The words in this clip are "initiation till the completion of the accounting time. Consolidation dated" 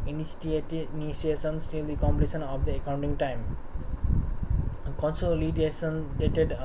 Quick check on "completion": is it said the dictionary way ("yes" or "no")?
no